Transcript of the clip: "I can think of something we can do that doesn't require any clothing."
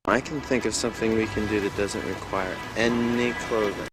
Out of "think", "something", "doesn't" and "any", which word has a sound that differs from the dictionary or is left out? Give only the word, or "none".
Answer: none